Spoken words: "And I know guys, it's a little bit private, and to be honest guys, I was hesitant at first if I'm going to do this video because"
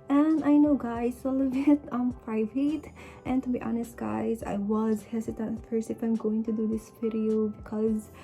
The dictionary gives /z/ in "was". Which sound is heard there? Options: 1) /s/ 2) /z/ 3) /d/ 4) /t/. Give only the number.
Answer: 2